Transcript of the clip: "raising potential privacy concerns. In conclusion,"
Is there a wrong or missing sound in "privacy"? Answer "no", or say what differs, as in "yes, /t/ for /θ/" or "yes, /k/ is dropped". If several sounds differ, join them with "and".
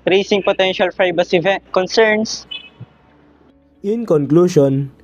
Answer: yes, /b/ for /v/